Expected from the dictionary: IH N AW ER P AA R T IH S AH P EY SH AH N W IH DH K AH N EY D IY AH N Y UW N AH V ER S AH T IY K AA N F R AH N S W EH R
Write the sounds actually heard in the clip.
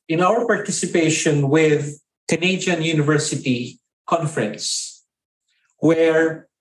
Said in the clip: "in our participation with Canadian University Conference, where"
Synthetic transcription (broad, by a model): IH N AW ER P AA R T IH S AH P EY SH AH N W IH DH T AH N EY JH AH N Y UW N AH V ER S AH T IY K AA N F R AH N S W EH R